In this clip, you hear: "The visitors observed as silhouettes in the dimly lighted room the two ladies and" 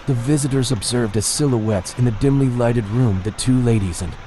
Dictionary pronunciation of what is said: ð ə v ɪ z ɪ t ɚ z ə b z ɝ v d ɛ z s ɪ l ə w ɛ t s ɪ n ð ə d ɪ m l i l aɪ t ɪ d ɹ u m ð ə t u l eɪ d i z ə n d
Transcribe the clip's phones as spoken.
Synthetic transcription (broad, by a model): ð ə v ɪ z ɪ t ɚ z ə b z ɝ v d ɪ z s ɪ l ə w ɛ t s ɪ n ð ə d ɪ m l i l aɪ t ɪ d ɹ u m ð ə t u l eɪ d i z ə n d